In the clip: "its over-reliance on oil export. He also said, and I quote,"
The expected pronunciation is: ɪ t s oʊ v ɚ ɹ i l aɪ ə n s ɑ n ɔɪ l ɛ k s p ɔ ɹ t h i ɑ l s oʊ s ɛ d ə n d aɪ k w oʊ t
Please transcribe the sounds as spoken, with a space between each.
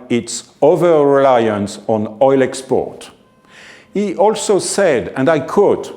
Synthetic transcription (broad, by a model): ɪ t s oʊ v ɚ ɹ i l aɪ ə n s ɑ n ɔɪ l ɛ k s p ɔ ɹ t h i ɑ l s oʊ s ɛ d ə n d aɪ k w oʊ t